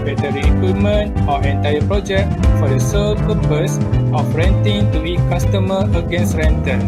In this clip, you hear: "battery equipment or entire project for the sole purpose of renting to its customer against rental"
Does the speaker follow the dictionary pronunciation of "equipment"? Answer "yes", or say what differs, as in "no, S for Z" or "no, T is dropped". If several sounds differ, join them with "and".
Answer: no, P is dropped